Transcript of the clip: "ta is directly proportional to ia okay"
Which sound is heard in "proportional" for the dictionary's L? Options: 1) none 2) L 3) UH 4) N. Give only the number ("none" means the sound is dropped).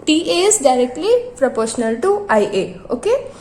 2